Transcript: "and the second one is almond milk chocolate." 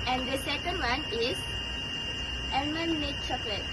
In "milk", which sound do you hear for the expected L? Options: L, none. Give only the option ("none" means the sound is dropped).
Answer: none